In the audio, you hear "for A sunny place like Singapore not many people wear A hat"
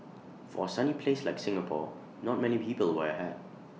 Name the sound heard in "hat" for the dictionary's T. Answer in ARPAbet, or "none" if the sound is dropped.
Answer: none